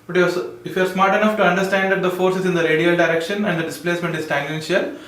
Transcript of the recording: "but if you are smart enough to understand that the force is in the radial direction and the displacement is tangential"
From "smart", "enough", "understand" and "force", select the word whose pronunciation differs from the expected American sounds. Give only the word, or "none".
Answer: none